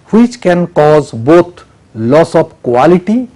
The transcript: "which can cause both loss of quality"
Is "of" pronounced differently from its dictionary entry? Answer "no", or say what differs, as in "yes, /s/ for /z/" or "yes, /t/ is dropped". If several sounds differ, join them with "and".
yes, /p/ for /v/